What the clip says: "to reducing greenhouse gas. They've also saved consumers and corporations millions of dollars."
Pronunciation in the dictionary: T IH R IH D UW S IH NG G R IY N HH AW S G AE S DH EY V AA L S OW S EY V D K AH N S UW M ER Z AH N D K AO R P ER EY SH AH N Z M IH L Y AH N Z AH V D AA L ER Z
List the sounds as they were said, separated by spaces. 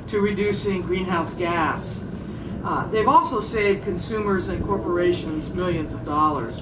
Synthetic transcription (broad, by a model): T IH R IH D UW S IH NG G R IY N HH AW S G AE S DH EY V AA L S OW S EY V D K AH N S UW M ER Z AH N K AO R P ER EY SH AH N Z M IH L Y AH N Z AH V D AA L ER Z